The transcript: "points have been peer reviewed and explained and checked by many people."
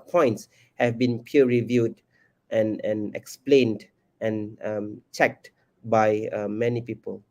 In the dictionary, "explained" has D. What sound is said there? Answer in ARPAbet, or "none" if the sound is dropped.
D